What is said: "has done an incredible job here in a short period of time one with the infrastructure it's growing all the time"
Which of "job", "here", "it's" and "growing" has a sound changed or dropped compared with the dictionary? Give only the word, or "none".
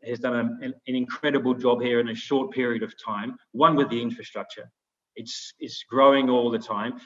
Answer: none